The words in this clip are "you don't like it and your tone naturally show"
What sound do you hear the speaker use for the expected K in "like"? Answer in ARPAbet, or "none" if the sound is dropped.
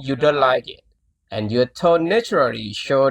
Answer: K